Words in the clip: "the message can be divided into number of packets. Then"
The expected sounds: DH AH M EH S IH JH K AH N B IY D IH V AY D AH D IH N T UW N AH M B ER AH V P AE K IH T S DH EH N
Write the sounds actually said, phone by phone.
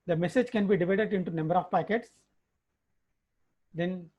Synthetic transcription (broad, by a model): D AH M EH S IH JH K AH N B IY D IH V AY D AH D IH N T UW N AH M B ER AH V P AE K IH T S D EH N